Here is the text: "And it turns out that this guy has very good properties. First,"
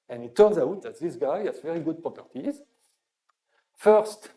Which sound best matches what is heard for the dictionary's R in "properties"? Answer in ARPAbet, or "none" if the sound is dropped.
none